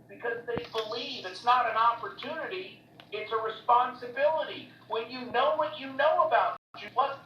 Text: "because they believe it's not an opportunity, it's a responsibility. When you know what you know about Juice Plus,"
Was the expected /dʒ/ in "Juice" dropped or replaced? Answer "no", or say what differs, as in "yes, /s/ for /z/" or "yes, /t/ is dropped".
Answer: yes, /tʃ/ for /dʒ/